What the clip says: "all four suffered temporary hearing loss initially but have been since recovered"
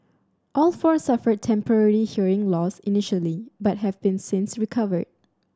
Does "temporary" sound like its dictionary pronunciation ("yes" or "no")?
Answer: no